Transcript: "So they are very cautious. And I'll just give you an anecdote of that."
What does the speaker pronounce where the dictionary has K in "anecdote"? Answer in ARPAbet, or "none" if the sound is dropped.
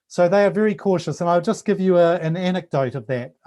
K